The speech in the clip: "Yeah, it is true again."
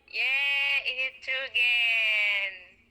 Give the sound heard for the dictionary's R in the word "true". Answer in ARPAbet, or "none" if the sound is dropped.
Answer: none